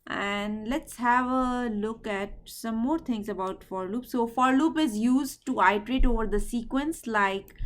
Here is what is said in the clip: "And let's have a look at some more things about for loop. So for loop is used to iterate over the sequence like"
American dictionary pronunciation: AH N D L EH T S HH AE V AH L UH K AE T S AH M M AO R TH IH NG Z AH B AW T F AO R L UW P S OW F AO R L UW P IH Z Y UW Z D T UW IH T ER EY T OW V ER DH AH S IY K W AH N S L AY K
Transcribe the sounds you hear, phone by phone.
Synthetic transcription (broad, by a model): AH N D L EH T S HH AE V AH L UH K AE T S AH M M AO R T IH NG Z AH B AW T F AO R L UW P S OW F AO R L UW P IH Z Y UW Z D T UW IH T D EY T OW V ER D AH S IY K W AH N S L AY K